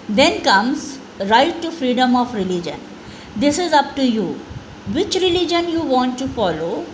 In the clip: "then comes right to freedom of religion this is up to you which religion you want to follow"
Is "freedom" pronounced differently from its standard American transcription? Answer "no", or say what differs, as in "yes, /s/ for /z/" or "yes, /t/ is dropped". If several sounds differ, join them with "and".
no